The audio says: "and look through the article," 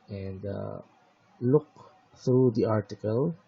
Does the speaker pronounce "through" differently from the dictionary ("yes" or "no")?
yes